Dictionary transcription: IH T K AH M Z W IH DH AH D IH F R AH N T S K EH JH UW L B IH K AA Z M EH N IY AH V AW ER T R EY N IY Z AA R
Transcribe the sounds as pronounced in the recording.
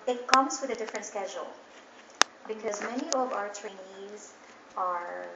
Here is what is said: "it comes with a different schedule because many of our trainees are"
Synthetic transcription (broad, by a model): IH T K AH M Z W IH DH AH D IH F R AH N T S K EH JH UW L B IH K AA Z M EH N IY AH V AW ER T R EY N IY Z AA R